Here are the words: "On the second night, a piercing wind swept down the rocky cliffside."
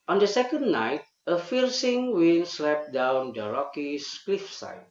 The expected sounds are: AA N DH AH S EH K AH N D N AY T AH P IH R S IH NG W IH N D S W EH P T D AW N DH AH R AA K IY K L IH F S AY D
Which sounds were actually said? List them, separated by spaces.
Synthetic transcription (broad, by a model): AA N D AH S EH K AH N D N AY T AH F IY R S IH NG W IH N S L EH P D AW N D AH R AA K IY K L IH F S AY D